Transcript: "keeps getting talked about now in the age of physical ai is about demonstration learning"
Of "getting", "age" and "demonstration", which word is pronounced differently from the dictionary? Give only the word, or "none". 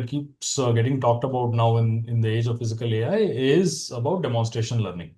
none